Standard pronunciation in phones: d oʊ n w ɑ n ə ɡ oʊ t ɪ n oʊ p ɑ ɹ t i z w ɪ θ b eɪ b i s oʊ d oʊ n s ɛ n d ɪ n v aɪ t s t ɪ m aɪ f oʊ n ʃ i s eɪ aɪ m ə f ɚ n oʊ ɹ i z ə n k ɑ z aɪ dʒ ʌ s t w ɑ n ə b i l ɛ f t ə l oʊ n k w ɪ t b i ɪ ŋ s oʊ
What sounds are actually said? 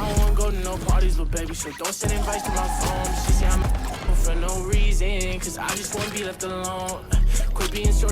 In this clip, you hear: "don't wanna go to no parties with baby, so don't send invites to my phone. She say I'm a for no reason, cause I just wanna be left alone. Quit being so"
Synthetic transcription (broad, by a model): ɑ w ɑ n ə ɡ oʊ t ɪ n oʊ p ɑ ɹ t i z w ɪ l b eɪ b i s oʊ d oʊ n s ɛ d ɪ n p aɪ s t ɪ m aɪ f oʊ n s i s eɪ aɪ m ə f ɚ n oʊ ɹ i z ə n k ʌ z aɪ dʒ ʌ s t w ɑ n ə b i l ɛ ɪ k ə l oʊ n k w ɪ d b i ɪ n s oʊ